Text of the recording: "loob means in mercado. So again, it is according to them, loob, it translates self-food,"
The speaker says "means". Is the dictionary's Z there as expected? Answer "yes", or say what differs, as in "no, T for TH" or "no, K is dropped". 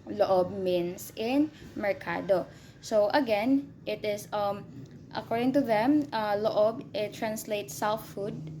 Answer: no, S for Z